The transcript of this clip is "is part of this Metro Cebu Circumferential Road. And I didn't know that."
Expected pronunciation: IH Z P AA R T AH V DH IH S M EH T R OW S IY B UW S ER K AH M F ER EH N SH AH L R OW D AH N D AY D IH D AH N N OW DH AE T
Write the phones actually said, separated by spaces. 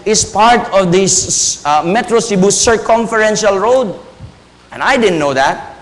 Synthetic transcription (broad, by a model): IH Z P AA R T AH V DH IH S M EH T R OW S IY B UW S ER K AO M F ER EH N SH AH L R OW D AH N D AY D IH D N N OW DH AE T